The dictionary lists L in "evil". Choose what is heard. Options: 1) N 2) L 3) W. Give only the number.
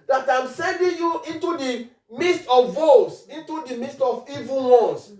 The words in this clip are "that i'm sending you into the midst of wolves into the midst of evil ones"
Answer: 1